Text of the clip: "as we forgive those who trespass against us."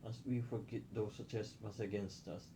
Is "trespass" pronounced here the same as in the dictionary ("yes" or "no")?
no